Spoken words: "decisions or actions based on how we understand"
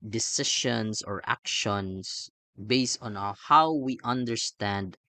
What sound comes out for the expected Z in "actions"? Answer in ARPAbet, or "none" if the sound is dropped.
S